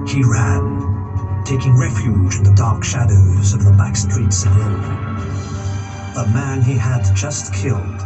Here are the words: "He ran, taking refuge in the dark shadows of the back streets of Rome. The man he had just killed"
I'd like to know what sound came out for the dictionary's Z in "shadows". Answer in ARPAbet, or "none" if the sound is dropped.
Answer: Z